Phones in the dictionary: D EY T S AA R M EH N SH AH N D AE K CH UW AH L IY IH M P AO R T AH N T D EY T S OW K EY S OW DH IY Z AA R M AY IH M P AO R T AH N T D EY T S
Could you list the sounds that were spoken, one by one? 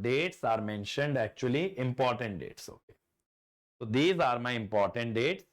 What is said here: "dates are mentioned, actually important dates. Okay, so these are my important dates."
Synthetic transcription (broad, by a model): D EY T S AA R M EH N SH AH N D AE K CH UW AH L IY IH M P AO R T AH N T D EY T S OW K EY S OW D IY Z AA R M AY IH M P AO R T AH N T D EY T S